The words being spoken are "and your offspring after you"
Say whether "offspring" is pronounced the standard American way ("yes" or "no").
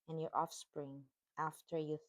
yes